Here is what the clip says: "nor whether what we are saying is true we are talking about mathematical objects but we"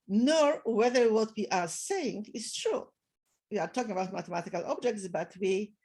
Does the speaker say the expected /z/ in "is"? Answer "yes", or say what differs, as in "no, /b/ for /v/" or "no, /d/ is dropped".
no, /s/ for /z/